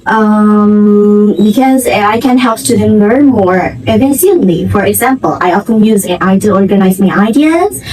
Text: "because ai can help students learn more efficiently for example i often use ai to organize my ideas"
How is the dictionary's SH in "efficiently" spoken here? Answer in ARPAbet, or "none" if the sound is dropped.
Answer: S